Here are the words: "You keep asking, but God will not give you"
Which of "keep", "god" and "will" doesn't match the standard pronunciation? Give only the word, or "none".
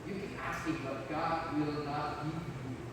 keep